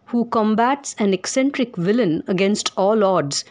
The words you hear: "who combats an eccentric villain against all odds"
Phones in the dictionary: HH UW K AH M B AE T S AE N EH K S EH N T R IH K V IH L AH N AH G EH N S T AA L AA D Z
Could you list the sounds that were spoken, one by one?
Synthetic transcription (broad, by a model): HH UW K AH M B AE T S AE N EH K S EH N T R IH K V IH L AH N AH G EH N S T AA L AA D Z